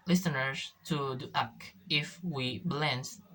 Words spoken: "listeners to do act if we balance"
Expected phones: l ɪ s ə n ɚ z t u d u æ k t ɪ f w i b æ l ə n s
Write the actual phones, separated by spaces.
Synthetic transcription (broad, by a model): l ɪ s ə n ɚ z t u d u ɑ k ɪ f w i b l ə n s